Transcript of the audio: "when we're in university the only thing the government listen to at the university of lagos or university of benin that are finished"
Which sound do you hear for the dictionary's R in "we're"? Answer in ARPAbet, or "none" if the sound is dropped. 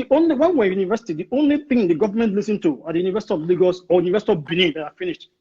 W